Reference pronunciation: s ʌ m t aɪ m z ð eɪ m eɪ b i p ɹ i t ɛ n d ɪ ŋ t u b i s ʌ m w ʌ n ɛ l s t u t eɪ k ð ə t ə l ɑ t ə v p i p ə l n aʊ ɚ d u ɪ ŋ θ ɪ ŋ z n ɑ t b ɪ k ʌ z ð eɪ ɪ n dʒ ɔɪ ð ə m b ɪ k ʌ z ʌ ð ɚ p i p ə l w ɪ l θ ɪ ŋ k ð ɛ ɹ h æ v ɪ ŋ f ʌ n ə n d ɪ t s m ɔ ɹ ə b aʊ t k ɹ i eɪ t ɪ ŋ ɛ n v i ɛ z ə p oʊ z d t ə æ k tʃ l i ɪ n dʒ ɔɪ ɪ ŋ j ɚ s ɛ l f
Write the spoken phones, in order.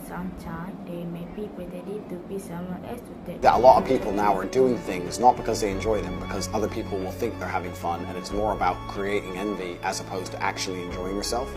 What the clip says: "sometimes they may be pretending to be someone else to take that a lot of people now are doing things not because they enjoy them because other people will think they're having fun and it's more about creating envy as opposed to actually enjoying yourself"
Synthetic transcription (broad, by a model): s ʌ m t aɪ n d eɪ m eɪ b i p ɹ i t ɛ d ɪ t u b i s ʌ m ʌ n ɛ s t u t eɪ ð ə t ə l ɑ t ə v p i p l n aʊ ɚ d u ɪ ŋ θ ɪ ŋ z n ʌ t b ɪ k ʌ z ð eɪ ɪ n dʒ ɔɪ ð ə m b ɪ k ʌ z ʌ ð ɚ p i p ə l w ɪ l θ ɪ ŋ k ð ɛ ɹ h æ v ɪ ŋ f ʌ n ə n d ɪ t s m ɔ ɹ ə b aʊ t k ɹ i eɪ t ɪ ŋ ɛ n v i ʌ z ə p oʊ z t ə æ k tʃ l i ɪ n dʒ ɔɪ ɪ ŋ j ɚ s ɛ l f